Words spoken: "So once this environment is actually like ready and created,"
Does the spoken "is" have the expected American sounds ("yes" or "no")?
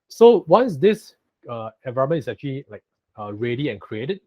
no